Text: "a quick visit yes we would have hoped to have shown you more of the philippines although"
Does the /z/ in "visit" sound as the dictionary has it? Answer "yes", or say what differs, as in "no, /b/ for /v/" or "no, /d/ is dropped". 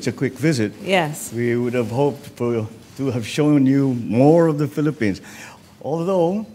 yes